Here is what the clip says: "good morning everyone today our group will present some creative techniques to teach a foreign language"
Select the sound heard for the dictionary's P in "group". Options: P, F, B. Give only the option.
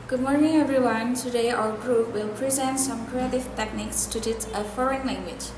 F